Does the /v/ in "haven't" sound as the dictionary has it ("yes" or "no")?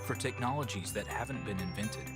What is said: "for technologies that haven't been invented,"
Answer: yes